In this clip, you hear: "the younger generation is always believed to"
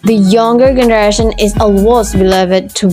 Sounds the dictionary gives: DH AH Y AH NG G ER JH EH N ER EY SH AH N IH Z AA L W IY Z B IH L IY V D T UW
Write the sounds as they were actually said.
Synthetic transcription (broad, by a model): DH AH Y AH NG G ER JH EH N ER EY SH AH N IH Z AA W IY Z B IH L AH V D T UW